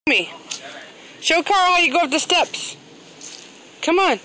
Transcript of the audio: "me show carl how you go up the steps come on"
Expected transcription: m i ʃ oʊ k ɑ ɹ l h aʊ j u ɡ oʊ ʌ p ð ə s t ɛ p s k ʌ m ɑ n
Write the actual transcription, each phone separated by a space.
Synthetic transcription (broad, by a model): m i ʃ oʊ k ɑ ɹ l h aʊ j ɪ ɡ oʊ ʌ f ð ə s t ɛ p s k ʌ m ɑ n